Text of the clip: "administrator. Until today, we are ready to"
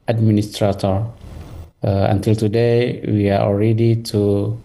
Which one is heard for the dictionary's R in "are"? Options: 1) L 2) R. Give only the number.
1